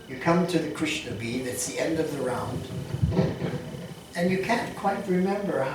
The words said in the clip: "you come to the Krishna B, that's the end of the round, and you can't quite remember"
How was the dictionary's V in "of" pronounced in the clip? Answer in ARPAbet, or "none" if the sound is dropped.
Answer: V